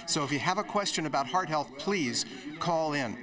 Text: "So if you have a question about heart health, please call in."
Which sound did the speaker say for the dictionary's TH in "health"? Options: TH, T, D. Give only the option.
TH